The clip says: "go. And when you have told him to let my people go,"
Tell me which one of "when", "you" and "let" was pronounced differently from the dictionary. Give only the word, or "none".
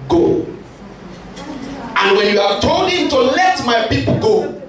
none